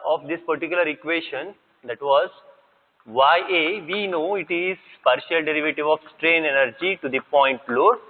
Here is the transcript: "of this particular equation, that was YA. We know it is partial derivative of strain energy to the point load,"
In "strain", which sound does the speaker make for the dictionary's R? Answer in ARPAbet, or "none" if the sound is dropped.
R